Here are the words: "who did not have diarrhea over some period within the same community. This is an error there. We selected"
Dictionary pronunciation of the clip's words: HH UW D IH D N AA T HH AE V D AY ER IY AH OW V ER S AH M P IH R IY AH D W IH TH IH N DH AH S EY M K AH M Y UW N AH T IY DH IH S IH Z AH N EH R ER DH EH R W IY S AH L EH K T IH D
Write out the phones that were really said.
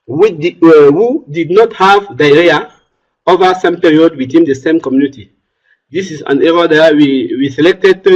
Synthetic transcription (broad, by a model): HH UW D IH D N AA T HH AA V D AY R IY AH OW V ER S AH M P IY R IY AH D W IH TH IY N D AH S EY M K AH M Y UW N AH T IY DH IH S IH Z AH N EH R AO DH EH W W IY S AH L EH K T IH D